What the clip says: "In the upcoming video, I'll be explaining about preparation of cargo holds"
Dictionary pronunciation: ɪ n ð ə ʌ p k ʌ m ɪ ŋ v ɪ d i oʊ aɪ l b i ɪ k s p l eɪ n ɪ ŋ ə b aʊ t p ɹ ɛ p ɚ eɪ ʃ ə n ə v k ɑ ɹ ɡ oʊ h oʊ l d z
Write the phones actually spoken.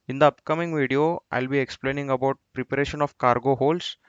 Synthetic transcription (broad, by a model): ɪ n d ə ʌ p k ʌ m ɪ ŋ v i d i oʊ aɪ l b i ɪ k s p l eɪ n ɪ ŋ ə b aʊ t p ɹ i p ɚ eɪ ʃ ə n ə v k ɑ ɹ ɡ oʊ h oʊ l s